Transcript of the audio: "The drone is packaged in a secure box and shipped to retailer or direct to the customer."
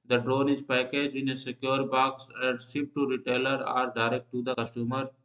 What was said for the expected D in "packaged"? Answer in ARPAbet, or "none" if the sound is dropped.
none